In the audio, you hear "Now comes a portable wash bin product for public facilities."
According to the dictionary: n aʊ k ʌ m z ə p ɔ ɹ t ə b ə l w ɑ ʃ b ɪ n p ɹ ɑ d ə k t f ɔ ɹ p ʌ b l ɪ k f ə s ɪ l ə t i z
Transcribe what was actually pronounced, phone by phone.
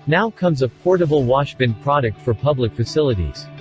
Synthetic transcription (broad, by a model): n aʊ k ʌ m z ə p ɔ ɹ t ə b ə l w ɑ ʃ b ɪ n p ɹ ɑ d ə k t f ɔ ɹ p ʌ b l ɪ k f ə s ɪ l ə t i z